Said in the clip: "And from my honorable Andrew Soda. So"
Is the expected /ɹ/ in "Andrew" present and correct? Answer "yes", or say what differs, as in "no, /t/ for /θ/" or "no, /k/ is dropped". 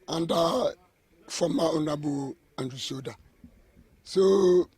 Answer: no, /ɹ/ is dropped